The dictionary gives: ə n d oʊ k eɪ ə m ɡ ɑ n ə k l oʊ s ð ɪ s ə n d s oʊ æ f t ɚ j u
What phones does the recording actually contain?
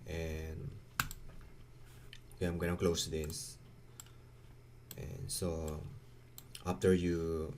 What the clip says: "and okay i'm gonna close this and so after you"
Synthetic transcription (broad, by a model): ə n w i ɑ ə m ɡ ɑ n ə k l oʊ s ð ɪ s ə n s oʊ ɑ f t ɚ j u